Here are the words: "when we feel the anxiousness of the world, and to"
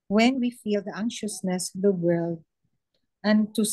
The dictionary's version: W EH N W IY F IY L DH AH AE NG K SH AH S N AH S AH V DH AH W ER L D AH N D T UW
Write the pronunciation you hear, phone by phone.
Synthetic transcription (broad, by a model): W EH N W IY F IY L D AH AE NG SH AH S N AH S AH V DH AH W ER L D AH N T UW